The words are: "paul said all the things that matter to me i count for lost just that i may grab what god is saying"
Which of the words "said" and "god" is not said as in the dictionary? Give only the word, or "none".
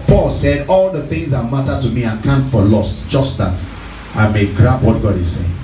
none